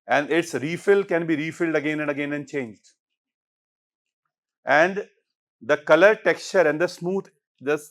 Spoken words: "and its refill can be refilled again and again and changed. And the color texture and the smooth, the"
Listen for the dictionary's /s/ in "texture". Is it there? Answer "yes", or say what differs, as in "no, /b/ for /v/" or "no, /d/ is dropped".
yes